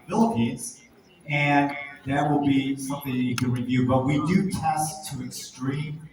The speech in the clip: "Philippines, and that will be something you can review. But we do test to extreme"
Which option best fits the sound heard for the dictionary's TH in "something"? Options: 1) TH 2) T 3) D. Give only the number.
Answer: 1